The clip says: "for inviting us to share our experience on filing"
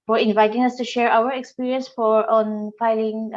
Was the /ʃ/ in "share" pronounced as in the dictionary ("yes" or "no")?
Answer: yes